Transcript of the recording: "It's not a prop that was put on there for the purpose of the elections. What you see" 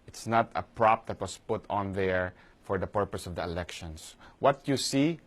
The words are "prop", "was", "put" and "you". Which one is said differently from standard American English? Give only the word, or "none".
was